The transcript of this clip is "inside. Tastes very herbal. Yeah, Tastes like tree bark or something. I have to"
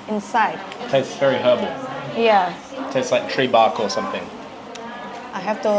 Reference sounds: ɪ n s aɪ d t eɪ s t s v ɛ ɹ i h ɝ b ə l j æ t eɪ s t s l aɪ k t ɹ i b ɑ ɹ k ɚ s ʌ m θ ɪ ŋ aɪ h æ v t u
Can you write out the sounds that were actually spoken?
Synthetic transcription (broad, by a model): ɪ n s aɪ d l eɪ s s v ɛ ɹ i h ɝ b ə l j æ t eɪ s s l aɪ k t ɹ i b ɑ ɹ k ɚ s ʌ m θ ɪ ŋ aɪ h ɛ f t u